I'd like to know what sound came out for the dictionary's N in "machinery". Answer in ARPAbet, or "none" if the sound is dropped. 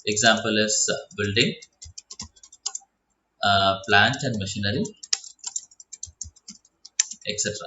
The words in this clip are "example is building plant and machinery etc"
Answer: N